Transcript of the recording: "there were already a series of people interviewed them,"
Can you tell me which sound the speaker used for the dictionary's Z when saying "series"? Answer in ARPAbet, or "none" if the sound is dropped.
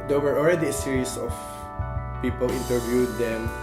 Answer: S